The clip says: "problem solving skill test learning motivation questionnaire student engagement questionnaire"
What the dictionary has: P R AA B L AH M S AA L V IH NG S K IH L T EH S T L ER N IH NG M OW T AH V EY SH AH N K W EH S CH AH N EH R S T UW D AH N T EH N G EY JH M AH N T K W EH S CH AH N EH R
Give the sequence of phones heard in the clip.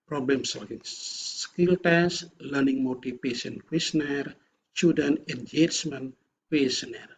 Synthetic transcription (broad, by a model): P R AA B L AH M S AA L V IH NG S K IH L T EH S L ER N IH NG M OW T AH P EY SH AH N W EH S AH N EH R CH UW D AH N EH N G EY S M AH N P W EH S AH N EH R